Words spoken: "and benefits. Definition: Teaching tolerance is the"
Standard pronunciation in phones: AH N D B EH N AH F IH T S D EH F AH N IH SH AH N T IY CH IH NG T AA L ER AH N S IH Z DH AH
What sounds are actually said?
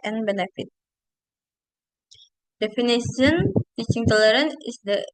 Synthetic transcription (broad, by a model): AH N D B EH N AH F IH T D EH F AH N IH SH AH N T IY CH IH NG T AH L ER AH N IH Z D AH